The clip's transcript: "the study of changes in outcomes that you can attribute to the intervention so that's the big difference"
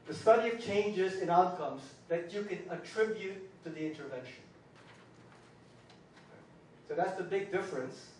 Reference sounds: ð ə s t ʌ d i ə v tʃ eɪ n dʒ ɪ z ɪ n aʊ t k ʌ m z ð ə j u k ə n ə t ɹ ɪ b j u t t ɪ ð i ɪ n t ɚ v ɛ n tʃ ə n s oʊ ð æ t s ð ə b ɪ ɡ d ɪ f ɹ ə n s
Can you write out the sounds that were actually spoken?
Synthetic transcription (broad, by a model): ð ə s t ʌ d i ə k tʃ eɪ n dʒ ɪ z ɪ n aʊ t k ʌ m z ð ə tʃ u k ə n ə t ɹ ɪ b j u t t ɪ ð i ɪ n t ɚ v ɛ n ʃ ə n s oʊ ð æ t s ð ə b ɪ ɡ d ɪ f ɹ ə n s